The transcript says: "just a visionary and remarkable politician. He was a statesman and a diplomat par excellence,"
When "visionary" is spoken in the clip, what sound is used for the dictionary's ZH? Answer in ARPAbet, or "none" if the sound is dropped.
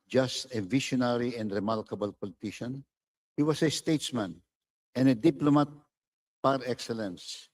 SH